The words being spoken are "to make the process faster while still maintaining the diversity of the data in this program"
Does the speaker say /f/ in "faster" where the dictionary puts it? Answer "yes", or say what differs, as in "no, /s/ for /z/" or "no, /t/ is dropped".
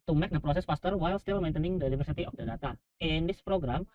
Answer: no, /p/ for /f/